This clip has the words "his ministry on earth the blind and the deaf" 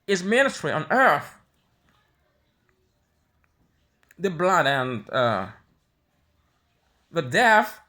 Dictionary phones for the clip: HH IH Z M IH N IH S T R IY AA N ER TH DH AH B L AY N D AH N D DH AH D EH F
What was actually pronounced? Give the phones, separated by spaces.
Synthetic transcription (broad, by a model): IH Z M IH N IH T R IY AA N ER TH DH AH B L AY D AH N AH DH AH D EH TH